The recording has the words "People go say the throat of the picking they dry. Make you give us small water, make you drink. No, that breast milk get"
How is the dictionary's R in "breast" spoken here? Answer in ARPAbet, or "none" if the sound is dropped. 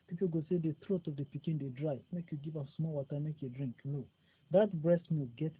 R